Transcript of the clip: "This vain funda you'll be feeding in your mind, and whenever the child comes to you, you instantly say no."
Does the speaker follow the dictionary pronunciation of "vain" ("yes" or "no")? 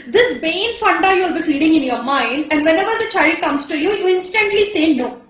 no